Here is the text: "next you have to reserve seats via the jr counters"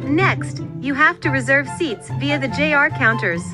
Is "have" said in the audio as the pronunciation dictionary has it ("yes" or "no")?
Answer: no